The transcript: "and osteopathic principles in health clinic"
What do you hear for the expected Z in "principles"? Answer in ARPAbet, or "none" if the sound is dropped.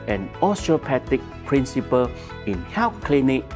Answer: none